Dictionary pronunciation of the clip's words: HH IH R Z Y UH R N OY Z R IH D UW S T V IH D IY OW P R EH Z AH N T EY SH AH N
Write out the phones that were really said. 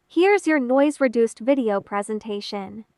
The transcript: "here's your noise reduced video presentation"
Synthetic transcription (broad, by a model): HH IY R Z Y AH R N OY Z R IH D UW S T V IH D IY OW P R EH Z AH N T EY SH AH N